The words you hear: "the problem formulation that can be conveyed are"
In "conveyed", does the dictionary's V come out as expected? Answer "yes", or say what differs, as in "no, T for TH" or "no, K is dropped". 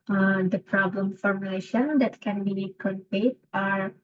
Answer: no, P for V